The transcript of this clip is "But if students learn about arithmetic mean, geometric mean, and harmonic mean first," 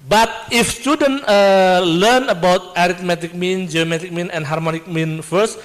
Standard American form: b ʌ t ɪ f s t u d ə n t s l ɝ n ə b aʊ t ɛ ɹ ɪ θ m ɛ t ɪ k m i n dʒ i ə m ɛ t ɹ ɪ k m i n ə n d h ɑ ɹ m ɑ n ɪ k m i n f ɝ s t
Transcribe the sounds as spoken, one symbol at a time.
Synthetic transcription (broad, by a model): b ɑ t ɪ f s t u d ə n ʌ l ɝ n ə b aʊ t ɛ ɹ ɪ t m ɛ t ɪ k m i n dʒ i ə m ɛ t ɪ k m i n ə n h ɑ ɹ m ɑ n ɪ k m i n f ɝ s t